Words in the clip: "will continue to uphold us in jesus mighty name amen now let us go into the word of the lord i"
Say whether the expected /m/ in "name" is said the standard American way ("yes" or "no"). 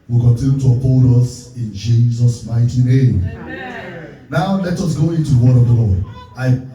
no